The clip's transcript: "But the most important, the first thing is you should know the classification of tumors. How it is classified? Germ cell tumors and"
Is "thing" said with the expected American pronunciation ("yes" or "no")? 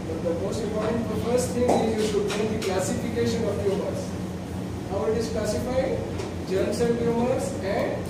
no